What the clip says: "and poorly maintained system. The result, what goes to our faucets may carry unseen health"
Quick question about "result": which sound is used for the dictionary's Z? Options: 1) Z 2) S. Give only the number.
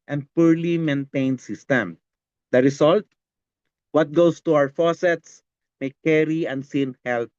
2